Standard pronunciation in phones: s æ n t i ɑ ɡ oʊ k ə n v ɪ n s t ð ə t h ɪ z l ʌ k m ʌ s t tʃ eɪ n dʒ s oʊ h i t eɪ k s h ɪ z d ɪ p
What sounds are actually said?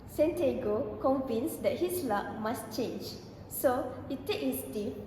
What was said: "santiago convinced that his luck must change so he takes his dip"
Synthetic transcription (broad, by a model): s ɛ n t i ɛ ɡ oʊ k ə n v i n s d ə t h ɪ s l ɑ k m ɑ s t tʃ eɪ n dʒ s oʊ h i t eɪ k h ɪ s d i